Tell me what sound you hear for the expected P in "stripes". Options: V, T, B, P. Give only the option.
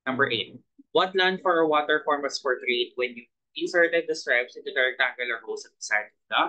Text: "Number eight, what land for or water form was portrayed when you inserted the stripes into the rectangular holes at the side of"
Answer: B